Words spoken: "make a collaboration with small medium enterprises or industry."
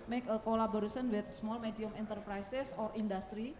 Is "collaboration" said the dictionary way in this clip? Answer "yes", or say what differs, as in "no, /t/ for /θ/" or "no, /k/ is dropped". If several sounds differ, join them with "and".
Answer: no, /s/ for /ʃ/